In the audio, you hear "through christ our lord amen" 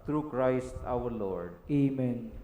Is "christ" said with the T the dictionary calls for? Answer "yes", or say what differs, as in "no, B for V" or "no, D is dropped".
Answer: yes